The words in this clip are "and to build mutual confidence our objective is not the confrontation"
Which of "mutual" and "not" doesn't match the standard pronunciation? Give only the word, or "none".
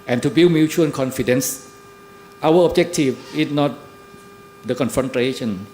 mutual